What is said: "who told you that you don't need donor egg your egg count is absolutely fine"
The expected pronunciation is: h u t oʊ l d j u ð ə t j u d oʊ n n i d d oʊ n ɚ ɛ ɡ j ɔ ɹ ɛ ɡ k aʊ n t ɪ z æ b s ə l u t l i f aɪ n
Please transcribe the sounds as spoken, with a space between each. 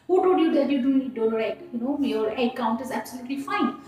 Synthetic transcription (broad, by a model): h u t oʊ d j u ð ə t j u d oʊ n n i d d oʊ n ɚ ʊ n j ɔ ɹ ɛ k aʊ n t ɪ z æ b s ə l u t l i f aɪ n